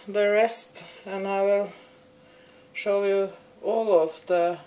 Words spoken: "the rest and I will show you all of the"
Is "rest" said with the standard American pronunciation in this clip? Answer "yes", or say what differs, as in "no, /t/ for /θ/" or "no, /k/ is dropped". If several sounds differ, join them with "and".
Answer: yes